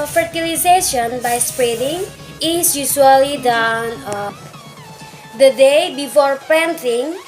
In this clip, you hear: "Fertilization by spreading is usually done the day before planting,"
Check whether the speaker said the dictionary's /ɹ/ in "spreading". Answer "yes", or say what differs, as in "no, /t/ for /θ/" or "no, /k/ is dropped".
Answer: yes